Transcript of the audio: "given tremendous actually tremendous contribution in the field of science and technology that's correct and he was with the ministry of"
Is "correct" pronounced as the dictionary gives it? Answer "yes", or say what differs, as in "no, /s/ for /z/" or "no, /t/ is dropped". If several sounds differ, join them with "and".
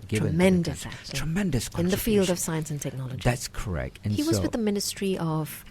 yes